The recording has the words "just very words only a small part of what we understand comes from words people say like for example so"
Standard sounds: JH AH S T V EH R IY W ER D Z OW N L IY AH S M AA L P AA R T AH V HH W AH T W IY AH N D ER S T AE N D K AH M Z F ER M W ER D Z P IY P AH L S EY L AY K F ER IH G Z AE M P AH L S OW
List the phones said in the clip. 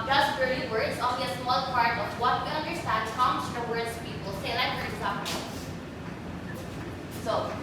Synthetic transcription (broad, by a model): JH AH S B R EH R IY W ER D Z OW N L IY AH S M AA L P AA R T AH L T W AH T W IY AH N D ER S T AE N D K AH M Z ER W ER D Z P IY P AH L S EY L AY K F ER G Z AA P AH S OW